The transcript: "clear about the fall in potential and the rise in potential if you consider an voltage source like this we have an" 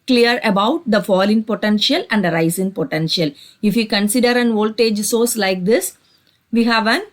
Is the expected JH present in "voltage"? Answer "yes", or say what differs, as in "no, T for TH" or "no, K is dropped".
yes